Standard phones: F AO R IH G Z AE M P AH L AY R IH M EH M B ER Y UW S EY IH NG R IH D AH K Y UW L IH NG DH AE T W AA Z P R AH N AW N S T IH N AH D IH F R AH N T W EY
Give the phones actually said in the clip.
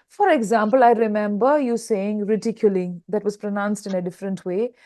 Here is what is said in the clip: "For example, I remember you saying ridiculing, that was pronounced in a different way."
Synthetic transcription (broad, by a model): F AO R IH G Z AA M P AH L AY R IH M EH M B ER Y UW S EY IH NG R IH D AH K Y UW L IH NG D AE T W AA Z P R AH N AW N S T IH N AH D IH F R AH N T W EY